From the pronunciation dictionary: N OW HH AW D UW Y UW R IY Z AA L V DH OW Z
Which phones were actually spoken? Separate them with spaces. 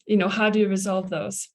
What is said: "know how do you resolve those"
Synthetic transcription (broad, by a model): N OW HH AW D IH Y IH R IY Z AA L V DH OW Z